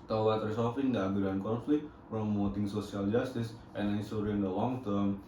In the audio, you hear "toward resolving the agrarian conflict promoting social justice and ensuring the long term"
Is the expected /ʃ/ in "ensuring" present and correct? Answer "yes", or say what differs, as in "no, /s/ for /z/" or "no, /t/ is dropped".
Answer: no, /s/ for /ʃ/